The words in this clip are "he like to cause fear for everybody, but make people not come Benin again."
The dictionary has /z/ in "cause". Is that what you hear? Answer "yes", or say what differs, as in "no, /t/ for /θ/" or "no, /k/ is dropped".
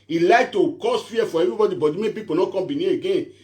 no, /s/ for /z/